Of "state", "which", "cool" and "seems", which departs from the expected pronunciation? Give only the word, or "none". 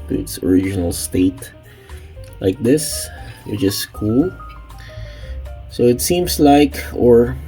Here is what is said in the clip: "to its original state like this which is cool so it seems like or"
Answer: seems